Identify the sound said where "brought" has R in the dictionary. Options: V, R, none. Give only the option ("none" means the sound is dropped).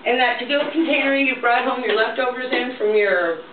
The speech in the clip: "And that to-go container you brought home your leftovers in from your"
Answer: R